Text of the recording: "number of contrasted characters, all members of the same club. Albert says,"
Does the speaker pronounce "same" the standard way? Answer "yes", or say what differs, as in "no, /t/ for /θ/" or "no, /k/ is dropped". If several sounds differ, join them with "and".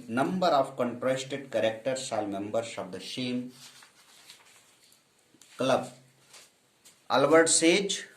no, /ʃ/ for /s/